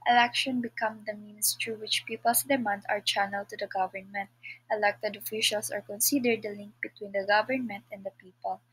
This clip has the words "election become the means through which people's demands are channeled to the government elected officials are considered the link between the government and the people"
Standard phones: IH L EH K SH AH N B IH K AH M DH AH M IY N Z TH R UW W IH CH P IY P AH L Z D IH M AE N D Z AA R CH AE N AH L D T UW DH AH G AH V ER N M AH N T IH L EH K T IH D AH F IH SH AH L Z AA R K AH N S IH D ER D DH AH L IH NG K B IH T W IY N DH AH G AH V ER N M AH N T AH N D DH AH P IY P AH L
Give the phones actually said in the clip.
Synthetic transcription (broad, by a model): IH L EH K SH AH N B IH K AH M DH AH M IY N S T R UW W IH CH P IY P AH L S D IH M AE N D AA R CH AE N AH L T UW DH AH G AH V ER N M AH N T IH L EH K T IH D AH F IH SH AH L S AA R K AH N S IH D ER D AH L IH NG K B IH T W IY N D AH G AH V ER N M AH N T AH N D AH P IY P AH L